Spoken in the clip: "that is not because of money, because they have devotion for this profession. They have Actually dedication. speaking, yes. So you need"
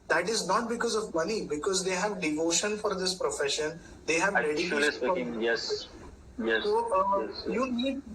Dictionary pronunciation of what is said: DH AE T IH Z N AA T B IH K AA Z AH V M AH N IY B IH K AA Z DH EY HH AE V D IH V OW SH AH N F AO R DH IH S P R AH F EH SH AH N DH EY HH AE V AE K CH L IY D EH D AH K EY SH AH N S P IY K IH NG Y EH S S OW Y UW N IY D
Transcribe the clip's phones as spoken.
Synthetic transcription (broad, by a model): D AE T IH Z N AA T B IH K AA Z AH V M AH N IY B IH K AA Z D EY HH AE V D IH V OW SH AH N F AO R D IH S P R AH F EH SH AH N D EY HH AE V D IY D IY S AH AO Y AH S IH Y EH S S OW Y UW N IY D